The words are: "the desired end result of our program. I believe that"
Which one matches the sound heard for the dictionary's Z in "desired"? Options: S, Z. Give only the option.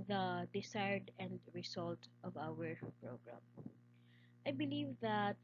S